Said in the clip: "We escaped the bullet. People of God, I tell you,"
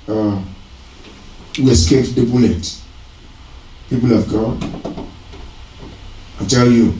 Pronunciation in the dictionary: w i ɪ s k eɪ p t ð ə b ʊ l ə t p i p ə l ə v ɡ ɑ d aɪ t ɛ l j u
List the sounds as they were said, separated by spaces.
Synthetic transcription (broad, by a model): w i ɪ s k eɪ t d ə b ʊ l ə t p i p ə l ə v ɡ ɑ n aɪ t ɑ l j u